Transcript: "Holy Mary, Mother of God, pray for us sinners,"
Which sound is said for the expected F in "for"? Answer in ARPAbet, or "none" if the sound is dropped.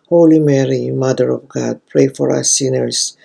F